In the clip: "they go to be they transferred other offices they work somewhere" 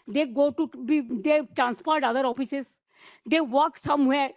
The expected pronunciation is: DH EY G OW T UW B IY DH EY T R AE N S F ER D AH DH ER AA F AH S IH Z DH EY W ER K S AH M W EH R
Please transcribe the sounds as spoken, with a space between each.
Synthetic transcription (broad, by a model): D EY G OW T UW B IY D EY T R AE N S P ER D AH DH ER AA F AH S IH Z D EY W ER K S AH M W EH R